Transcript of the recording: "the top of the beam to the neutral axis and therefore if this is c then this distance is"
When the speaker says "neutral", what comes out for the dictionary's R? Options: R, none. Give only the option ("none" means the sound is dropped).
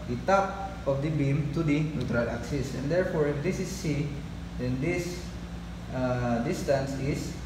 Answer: R